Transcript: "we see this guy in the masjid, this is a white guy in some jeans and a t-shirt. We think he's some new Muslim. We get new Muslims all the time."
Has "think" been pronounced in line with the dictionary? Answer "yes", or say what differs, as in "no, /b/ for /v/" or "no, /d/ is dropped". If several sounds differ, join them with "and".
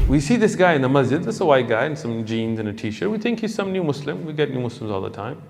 yes